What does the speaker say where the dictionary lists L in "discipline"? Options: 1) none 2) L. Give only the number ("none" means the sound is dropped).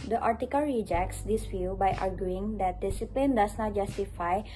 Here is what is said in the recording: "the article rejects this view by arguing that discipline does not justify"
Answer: 2